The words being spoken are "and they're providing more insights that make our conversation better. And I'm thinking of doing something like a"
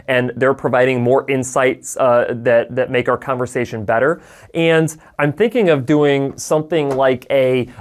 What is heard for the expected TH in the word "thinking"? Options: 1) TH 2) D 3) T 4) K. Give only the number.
1